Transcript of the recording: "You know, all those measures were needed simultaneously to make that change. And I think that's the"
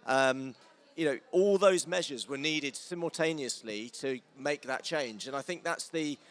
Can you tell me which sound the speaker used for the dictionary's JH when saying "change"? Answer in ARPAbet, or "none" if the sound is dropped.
JH